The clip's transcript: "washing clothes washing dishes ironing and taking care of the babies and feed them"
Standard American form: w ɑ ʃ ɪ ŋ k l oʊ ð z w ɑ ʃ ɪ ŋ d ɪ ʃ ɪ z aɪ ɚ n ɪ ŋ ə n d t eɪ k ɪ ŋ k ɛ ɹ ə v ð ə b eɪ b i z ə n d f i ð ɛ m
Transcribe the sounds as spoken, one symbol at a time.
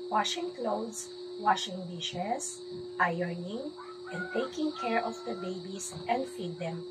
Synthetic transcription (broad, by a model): w ɑ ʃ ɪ ŋ k l oʊ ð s w ɑ ʃ ɪ ŋ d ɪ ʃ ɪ s aɪ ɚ n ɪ ŋ ə n d t eɪ k ɪ ŋ k ɛ ɹ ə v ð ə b eɪ b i s ə n d f i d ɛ m